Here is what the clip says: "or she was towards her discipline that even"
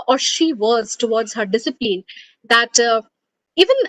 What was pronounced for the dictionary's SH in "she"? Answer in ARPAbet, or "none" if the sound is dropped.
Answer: SH